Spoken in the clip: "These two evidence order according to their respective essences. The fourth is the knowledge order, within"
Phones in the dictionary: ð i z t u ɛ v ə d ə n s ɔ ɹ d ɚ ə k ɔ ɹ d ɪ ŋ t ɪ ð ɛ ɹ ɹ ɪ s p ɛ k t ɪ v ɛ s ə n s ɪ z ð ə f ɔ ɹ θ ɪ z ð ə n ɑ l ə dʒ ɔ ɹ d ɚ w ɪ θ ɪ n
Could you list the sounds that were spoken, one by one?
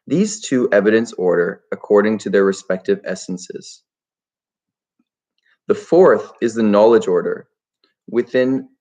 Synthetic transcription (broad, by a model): ð i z t u ɛ v ə d ə n s ɔ ɹ d ɚ ə k ɔ ɹ d ɪ ŋ t ɪ ð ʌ ɹ ɹ ɪ s p ɛ k t ɪ v ɛ s n s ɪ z ð ə f ɔ ɹ θ ɪ z ð ə n ɑ l ə dʒ ɔ ɹ d ɚ w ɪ θ ɪ n